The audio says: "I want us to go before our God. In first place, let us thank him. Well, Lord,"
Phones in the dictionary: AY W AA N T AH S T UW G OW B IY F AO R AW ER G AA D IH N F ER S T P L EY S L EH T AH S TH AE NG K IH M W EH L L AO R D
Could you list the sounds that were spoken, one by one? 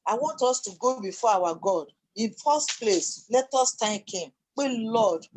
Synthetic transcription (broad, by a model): AY W AA N T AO S T UW G OW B IY F AO AW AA G AA D IH N F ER S T P L EY S L EH T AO S T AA K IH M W EH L L AO D